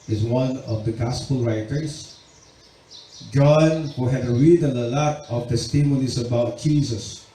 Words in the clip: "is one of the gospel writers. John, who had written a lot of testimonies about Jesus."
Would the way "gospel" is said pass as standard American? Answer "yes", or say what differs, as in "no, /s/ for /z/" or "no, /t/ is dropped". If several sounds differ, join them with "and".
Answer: yes